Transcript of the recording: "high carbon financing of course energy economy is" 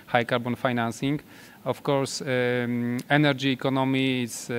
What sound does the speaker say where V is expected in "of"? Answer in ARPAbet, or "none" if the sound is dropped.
F